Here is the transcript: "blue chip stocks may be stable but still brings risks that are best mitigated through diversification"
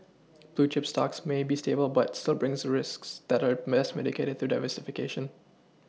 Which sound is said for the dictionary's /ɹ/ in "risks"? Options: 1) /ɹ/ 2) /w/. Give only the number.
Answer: 1